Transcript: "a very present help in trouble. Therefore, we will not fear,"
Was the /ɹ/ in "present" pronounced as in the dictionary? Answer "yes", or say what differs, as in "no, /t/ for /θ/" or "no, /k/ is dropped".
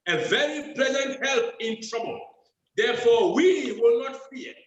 no, /l/ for /ɹ/